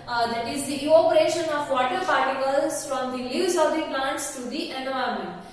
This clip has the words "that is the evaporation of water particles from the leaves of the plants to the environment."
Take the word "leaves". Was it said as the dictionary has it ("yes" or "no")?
no